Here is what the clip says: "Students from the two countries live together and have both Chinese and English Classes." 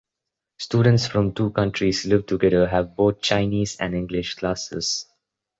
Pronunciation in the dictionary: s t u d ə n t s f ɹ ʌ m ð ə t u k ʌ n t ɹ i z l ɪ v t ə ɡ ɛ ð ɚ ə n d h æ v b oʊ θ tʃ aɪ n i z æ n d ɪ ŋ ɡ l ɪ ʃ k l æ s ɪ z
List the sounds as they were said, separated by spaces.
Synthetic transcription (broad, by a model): s t u d ə n t s f ɹ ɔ m t u k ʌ n t ɹ i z l ɪ v t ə ɡ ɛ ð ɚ ə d h æ v b oʊ t tʃ aɪ n i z æ n d ɪ ŋ ɡ l ɪ ʃ k l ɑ s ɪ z